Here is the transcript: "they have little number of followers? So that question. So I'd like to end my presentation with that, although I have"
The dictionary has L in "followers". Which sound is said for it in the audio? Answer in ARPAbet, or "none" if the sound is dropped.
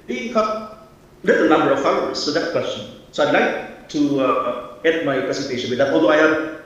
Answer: none